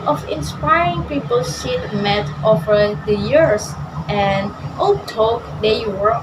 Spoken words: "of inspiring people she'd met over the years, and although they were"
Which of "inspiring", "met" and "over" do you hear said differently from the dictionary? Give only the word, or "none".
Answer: none